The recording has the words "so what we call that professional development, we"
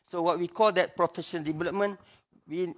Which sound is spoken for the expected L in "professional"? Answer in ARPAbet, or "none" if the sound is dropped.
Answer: N